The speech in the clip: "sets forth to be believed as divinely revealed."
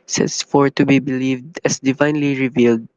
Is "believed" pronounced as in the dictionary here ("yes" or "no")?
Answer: yes